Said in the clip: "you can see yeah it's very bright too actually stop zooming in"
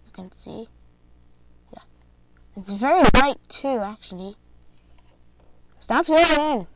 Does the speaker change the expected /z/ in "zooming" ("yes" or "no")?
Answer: yes